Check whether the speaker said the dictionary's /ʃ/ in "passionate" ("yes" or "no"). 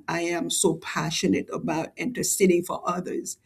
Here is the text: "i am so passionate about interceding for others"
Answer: yes